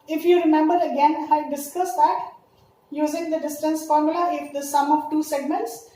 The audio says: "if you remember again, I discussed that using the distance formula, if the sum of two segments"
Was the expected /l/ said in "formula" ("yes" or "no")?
yes